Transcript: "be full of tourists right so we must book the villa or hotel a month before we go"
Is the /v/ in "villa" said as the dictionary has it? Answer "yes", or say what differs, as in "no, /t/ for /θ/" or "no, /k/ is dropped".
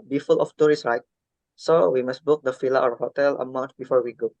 no, /f/ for /v/